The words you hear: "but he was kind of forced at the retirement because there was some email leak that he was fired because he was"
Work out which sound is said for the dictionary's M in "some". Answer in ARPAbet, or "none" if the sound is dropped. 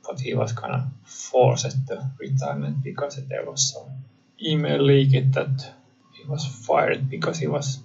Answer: none